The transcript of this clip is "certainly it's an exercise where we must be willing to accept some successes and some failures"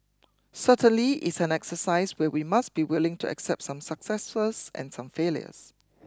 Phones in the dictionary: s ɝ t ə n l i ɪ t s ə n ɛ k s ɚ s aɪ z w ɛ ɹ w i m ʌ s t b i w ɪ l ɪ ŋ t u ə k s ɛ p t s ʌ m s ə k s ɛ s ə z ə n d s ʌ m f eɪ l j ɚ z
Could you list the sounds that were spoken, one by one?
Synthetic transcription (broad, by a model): s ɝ t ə n l i ɪ t s ə n ɛ k s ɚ s aɪ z w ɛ w i m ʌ s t b i w ɪ l ɪ ŋ t u ə k s ɛ p t s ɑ m s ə k s ɛ s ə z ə n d s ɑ m f eɪ l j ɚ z